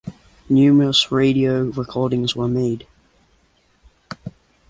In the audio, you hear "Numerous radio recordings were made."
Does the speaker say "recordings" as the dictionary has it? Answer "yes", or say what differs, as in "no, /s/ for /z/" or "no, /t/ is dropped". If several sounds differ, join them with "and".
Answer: yes